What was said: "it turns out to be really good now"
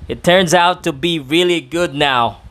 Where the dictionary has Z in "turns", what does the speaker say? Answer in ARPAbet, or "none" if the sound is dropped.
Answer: Z